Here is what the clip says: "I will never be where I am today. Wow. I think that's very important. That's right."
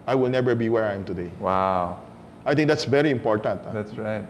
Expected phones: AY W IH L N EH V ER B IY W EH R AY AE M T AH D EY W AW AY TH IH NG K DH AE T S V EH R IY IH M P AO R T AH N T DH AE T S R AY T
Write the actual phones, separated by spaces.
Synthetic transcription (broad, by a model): AY W IH L N EH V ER B IY W EH R AY M T AH D EY W AW AY T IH NG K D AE T S V EH R IY IH M P AO R T AH N T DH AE T S R AY T